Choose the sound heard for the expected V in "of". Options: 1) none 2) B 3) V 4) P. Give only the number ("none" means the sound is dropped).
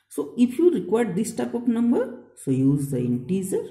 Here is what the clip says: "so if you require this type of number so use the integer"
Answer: 4